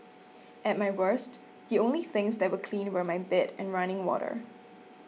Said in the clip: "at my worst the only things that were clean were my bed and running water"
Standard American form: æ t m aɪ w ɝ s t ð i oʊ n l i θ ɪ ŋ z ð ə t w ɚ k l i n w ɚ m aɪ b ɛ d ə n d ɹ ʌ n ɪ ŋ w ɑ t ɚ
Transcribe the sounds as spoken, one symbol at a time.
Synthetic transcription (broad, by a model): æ t m aɪ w ɝ s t ð i oʊ n l i θ ɪ ŋ z ð ə t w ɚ k l i n w ɚ m aɪ b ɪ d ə n ɹ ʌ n ɪ ŋ w ɑ t ɚ